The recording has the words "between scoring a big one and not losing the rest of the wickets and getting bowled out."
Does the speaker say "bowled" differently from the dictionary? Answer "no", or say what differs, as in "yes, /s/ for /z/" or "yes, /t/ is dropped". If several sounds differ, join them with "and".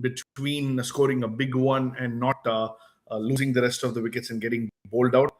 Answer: no